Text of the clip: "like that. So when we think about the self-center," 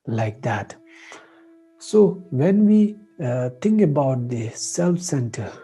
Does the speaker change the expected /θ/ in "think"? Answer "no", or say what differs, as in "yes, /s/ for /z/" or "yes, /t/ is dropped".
yes, /t/ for /θ/